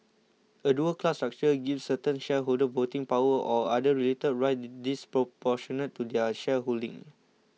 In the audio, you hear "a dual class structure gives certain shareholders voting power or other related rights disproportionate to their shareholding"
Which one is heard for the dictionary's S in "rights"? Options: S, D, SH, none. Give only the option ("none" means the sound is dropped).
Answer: none